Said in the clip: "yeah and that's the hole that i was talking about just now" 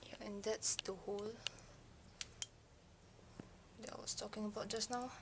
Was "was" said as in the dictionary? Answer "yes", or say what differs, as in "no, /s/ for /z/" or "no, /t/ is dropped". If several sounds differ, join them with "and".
no, /s/ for /z/